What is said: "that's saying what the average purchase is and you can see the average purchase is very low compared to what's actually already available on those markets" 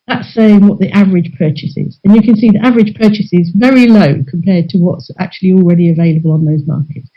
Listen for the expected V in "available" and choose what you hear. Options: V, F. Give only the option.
V